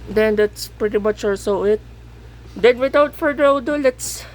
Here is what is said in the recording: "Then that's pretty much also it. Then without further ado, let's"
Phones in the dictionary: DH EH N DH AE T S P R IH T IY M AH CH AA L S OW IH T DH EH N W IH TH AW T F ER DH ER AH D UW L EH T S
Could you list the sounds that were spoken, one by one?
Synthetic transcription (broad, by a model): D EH N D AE T S P R IH T IY M AH CH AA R S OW IH T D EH N W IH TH AW T F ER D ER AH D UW L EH T S